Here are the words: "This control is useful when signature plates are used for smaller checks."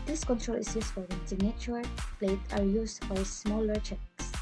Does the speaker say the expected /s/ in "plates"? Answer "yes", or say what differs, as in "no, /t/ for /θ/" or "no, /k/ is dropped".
no, /s/ is dropped